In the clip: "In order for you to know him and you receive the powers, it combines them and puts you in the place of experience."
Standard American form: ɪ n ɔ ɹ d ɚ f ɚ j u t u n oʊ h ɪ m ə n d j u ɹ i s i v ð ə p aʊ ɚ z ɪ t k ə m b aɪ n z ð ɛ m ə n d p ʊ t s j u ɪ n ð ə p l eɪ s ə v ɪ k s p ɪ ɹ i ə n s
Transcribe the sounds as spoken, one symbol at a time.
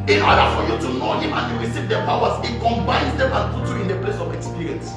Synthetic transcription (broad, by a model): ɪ n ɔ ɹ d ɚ f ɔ j u t u n oʊ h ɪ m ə n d j u ɹ i s i v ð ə p aʊ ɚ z ɪ t k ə m b aɪ n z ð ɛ m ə n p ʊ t j u ɪ n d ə p l eɪ s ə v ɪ k s p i ɹ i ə n s